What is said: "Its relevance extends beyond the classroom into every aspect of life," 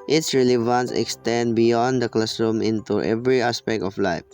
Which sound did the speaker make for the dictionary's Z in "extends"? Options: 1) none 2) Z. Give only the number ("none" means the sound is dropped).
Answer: 1